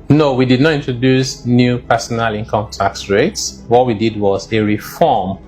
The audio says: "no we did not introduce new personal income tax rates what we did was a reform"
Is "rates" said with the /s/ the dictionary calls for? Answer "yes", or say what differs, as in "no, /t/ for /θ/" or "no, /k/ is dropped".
yes